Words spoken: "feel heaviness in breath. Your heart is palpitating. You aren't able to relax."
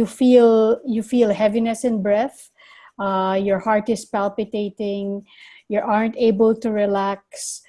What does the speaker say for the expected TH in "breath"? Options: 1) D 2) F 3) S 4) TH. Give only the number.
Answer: 4